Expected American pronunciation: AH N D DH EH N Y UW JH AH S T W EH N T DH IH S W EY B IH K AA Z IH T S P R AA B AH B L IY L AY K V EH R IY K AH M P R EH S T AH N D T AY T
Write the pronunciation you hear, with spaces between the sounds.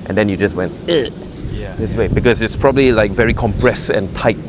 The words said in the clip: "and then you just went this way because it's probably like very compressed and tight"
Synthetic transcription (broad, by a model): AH N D EH N Y UW JH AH S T W EH N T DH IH S W EY B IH K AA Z IH T S P R AA B AH B L IY L AY K V EH R IY K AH M P R EH S AH N T AY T